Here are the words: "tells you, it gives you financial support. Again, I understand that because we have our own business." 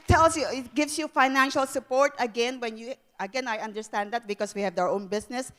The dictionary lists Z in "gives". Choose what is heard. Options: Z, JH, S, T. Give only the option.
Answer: S